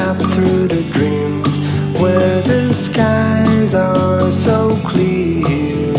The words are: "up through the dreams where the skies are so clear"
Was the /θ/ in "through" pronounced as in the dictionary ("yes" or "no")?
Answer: yes